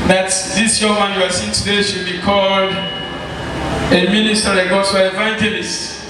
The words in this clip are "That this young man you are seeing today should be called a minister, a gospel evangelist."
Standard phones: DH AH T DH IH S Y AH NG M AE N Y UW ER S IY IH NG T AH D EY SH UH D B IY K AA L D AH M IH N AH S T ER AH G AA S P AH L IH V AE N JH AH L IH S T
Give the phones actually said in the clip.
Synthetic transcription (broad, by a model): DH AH T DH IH S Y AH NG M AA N Y UW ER S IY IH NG T AH D EY SH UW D B IY K AA L D AH M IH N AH S T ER AH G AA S AH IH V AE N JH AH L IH S T